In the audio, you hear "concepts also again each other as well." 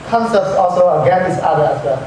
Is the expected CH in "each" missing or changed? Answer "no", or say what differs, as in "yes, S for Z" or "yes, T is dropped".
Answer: yes, S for CH